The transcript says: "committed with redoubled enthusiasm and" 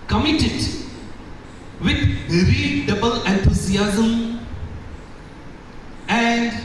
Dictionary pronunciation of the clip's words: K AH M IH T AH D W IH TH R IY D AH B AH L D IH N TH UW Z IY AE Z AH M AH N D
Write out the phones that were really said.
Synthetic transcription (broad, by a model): K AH M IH T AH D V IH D R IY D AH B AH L IH N T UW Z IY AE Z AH M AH N D